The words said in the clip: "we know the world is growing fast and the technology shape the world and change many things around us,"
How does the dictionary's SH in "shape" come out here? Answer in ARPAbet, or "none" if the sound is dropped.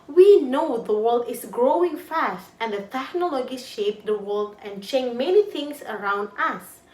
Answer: SH